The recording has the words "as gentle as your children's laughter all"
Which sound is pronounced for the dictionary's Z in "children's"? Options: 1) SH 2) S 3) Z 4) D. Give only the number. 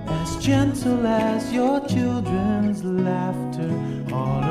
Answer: 3